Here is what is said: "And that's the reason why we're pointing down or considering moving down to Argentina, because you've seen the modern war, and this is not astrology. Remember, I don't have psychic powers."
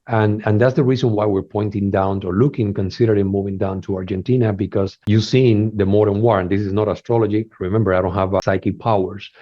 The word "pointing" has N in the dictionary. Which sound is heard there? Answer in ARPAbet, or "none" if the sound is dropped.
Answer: N